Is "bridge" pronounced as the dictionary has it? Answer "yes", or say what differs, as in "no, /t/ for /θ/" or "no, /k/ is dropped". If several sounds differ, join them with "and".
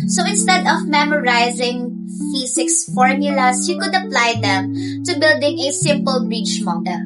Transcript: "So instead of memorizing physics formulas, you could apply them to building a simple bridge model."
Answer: no, /tʃ/ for /dʒ/